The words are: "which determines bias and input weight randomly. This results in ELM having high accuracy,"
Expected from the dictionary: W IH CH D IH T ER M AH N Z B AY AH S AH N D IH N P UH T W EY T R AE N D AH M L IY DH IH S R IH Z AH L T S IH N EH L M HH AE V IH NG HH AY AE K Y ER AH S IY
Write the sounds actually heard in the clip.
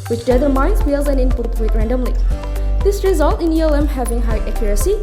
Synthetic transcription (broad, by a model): W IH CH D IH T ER M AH N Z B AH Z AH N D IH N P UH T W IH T R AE N D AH M L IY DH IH S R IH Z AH L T IH N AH L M HH AE V IH NG HH AY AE K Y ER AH S IY